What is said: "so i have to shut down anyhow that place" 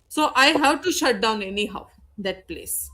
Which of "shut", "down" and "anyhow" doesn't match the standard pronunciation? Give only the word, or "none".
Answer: none